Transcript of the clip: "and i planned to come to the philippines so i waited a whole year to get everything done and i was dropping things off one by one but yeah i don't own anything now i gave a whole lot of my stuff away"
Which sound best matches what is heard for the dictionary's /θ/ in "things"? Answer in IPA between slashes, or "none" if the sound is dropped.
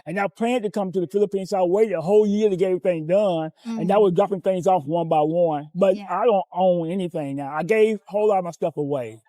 /θ/